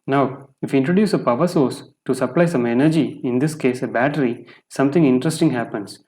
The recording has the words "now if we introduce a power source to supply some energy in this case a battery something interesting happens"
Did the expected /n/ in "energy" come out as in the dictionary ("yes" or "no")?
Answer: yes